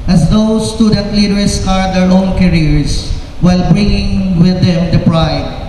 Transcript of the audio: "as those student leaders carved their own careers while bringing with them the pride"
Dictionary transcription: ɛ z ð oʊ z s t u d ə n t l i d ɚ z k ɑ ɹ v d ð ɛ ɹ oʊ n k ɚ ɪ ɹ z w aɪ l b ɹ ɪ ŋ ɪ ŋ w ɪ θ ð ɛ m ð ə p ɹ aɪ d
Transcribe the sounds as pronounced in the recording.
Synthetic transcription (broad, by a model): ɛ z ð oʊ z s t u d ə n t l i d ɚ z k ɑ ɹ d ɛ ɹ oʊ n k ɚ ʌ ɹ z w aɪ l b ɹ ɪ ŋ ɪ ŋ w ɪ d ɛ m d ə p ɹ aɪ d